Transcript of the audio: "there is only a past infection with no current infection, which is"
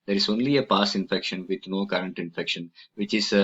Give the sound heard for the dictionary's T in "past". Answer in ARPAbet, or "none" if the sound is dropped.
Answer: none